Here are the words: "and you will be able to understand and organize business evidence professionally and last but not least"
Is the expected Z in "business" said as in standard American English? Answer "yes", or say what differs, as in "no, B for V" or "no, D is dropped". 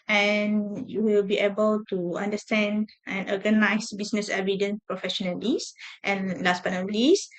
no, S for Z